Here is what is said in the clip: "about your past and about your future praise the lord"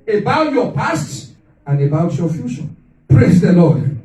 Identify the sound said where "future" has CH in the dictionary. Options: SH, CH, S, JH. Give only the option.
SH